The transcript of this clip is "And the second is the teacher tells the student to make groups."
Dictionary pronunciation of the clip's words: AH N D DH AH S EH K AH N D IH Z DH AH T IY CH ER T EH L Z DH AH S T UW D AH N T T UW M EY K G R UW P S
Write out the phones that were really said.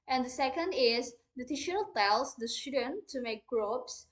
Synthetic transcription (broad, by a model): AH N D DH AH S EH K AH N D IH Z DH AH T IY SH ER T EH L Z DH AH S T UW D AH N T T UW M EY K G R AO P S